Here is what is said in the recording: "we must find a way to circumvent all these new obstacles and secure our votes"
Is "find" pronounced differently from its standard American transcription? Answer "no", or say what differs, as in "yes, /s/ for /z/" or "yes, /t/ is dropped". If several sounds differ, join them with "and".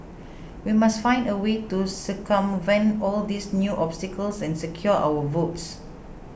no